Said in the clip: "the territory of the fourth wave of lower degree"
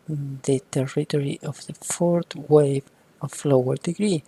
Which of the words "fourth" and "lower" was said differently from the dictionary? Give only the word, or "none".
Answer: fourth